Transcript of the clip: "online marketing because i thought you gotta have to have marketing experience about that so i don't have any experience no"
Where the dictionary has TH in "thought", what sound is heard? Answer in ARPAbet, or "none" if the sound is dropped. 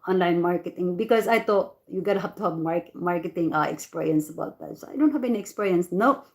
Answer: T